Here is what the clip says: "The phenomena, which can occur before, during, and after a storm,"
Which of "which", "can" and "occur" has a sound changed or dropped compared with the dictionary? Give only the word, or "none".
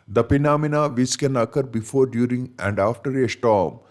which